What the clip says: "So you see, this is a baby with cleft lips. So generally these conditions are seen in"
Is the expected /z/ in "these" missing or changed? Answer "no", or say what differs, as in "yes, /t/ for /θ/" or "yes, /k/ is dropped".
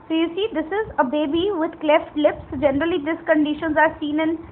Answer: yes, /s/ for /z/